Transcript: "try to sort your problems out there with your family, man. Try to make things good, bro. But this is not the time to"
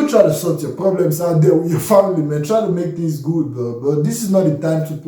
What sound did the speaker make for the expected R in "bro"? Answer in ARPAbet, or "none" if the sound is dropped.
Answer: none